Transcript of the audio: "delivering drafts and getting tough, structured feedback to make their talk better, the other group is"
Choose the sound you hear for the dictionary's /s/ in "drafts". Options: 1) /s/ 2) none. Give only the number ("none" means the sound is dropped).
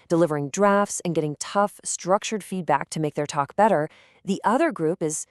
1